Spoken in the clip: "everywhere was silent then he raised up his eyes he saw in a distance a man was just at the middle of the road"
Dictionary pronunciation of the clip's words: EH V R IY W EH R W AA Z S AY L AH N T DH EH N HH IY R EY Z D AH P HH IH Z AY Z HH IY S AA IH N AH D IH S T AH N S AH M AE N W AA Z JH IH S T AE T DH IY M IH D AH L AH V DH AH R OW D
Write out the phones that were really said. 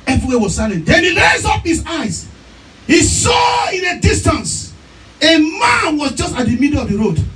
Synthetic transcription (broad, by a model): EH V R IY W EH W AA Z S AY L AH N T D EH N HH IY L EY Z AO P HH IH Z AY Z HH IY S AA IH N AH D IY S T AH N S AH M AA N W AA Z JH IH S T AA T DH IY M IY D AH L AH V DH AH R OW D